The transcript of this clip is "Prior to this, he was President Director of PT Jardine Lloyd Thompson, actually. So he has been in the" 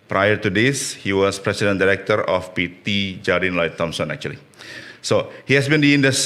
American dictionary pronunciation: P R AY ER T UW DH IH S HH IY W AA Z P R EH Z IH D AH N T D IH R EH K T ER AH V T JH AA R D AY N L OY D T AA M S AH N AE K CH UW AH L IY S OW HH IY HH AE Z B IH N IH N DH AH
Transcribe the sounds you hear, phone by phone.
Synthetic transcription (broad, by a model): P R AY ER T UW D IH S HH IY W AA S P R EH S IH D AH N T D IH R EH K T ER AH P T JH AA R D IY N L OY T AA M S AH N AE K CH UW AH L IY S OW HH IY HH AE S B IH N IH N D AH